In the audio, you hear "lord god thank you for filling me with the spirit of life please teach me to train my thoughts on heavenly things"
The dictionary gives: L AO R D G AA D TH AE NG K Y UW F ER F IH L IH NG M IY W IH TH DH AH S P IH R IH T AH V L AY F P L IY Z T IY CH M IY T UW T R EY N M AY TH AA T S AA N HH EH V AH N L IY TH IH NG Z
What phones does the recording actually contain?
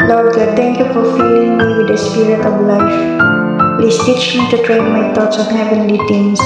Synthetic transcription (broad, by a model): L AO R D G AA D T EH NG K Y UW F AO F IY L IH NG M IY W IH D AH S P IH R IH T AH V L AY F P L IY S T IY CH M IY T UW T R EY N M AY T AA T S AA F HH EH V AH N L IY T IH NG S